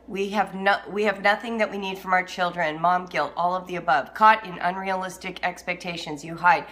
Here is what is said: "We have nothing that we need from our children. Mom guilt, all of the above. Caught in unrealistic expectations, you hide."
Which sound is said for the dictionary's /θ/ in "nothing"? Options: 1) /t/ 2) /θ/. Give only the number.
2